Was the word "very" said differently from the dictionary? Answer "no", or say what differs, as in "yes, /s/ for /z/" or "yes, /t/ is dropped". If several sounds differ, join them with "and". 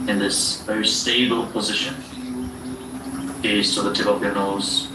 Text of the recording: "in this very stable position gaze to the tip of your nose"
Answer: yes, /ɹ/ is dropped